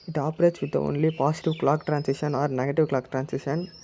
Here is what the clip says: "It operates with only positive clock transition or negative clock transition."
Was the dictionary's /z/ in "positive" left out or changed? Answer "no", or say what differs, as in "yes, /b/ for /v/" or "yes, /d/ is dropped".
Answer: yes, /s/ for /z/